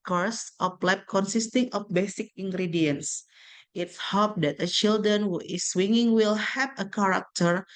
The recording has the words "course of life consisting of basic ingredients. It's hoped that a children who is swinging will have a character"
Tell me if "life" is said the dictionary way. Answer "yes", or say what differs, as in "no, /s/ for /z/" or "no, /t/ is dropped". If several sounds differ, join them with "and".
no, /p/ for /f/